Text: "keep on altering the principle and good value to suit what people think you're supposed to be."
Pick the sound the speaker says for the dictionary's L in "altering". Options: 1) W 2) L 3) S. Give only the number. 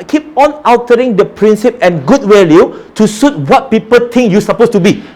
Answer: 1